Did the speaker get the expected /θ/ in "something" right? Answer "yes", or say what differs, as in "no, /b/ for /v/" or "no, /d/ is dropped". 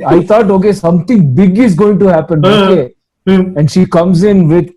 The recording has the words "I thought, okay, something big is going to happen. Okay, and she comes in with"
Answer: no, /t/ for /θ/